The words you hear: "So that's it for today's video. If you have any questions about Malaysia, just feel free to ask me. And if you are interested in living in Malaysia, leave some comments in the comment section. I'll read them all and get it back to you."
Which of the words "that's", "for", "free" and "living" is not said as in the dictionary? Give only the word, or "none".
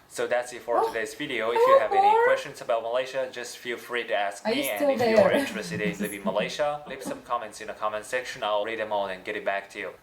living